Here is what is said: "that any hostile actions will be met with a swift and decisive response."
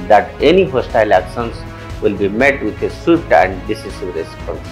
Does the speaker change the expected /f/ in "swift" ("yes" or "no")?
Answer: yes